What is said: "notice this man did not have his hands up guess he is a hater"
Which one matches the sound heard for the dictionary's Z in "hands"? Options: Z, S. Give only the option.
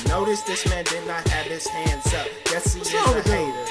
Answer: S